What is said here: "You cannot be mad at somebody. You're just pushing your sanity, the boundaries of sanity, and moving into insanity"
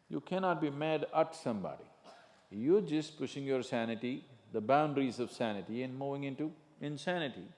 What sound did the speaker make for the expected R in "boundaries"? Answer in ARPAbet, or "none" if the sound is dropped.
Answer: R